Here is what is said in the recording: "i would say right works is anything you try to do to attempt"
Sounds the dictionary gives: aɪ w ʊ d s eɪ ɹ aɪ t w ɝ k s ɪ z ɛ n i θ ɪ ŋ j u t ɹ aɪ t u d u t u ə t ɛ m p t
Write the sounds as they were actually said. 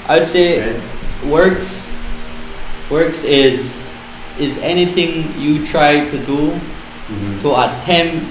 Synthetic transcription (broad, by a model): aɪ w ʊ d s eɪ w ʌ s w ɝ k s ɪ z ɛ n i θ ɪ ŋ j u t ɹ aɪ t u d u t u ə t ɛ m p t